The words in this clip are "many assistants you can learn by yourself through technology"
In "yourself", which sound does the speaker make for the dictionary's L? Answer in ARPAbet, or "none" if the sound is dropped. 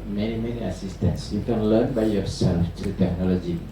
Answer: L